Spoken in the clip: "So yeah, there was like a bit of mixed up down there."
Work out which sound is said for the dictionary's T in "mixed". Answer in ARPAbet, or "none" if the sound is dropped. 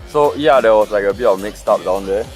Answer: T